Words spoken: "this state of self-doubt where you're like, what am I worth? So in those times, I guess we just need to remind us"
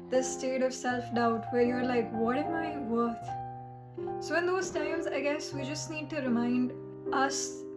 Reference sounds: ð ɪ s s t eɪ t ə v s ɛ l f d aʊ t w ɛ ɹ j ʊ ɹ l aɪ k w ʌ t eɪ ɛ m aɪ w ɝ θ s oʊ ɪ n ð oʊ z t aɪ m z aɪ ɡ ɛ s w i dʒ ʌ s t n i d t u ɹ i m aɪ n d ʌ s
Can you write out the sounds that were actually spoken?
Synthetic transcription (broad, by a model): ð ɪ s s t eɪ t ə v s ɛ l f d aʊ t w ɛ ɹ j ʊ ɹ l aɪ k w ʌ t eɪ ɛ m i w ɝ t s oʊ ɪ n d oʊ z t aɪ m z aɪ ɡ ɛ s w i dʒ ʌ s t n i d t u ɹ i m aɪ n d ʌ s